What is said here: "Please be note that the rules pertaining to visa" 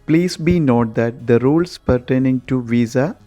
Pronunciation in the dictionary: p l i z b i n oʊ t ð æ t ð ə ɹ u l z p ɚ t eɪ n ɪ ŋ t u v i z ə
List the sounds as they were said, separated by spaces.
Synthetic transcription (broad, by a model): p l i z b i n oʊ t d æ t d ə ɹ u l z p ɚ t eɪ n ɪ ŋ t u v i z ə